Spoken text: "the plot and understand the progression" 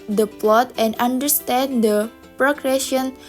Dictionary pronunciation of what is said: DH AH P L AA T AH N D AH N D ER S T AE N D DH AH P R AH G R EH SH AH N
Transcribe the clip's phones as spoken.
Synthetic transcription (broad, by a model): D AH P L AA T AH N D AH N D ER S T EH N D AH P R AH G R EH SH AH N